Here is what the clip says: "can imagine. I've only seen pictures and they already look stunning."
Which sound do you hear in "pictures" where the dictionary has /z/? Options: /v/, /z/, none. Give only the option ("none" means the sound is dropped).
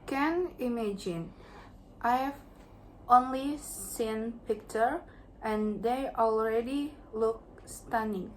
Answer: none